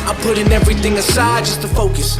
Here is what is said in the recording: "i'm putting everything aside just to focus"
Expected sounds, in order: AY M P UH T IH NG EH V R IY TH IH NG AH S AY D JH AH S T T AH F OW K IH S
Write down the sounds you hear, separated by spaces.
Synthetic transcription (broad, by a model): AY P UH T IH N EH V R IY TH IH NG AH S AY D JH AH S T T AH F OW K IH S